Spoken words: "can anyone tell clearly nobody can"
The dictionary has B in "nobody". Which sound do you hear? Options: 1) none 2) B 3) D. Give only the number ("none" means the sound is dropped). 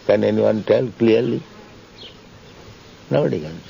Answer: 1